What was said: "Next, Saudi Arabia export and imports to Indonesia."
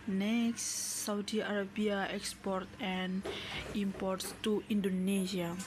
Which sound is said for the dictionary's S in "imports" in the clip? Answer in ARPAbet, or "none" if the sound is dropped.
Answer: S